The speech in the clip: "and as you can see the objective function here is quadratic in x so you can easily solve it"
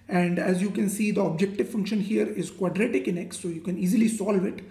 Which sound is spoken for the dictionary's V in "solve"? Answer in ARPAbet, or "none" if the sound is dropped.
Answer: V